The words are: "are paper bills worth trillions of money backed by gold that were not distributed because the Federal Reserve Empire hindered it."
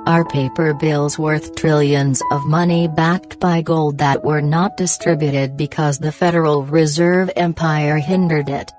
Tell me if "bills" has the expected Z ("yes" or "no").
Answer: yes